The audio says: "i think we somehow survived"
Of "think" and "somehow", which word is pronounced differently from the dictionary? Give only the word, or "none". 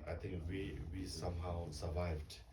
think